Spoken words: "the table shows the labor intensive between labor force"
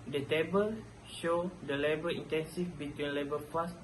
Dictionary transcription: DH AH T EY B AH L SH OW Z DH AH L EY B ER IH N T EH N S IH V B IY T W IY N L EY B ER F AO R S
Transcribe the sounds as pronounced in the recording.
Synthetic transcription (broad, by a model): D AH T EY B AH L SH OW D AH L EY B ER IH N T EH N S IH F B IY T W IY N L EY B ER F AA S